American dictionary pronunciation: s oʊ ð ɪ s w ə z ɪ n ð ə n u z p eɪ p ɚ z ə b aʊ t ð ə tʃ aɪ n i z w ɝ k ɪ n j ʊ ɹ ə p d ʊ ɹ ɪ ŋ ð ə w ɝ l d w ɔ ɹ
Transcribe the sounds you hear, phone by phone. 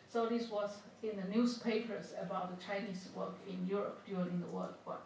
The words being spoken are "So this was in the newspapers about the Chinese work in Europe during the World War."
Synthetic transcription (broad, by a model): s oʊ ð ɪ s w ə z ɪ n ð ə n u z p eɪ p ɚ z ə b aʊ t ð ə tʃ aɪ n i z w ɝ k ɪ n j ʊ ɹ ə p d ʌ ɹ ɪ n ð ə w ɝ l d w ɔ